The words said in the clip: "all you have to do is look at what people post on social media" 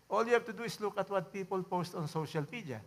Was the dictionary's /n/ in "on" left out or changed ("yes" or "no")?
no